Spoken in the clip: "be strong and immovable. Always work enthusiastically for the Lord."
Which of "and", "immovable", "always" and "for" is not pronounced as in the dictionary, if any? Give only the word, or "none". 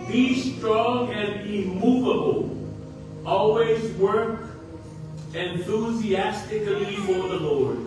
none